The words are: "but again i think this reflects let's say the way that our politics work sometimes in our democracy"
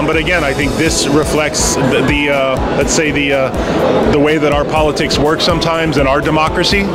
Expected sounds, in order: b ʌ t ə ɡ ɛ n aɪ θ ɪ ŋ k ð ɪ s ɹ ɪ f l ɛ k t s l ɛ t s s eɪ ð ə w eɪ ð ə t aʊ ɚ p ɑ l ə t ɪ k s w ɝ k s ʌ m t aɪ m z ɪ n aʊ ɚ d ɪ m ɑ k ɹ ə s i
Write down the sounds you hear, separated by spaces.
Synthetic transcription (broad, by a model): b ʌ t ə ɡ ɛ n aɪ θ ɪ ŋ k ð ɪ s ɹ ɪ f l ɛ k t s l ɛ t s s eɪ ð ə w eɪ ð ə t aʊ ɚ p ɑ l ə t ɪ k s w ɝ k s ʌ m t aɪ m z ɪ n aʊ ɚ d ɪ m ɑ k ɹ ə s i